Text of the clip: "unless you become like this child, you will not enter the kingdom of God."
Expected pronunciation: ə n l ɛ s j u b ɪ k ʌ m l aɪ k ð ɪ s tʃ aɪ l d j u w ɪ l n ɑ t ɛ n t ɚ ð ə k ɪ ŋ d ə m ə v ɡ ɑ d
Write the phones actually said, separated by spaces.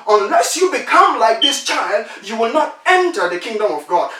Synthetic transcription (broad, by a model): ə n l ɛ s j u b ɪ k ʌ m l aɪ k ð ɪ s tʃ aɪ l d j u w ɪ l n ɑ t ɛ n t ɚ ð ə k ɪ ŋ d ə m ə v ɡ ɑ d